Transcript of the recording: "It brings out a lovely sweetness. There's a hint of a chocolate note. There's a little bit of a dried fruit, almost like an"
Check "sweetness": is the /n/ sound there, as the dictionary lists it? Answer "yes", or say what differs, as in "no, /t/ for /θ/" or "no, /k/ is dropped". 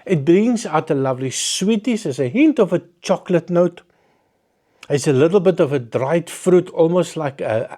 no, /n/ is dropped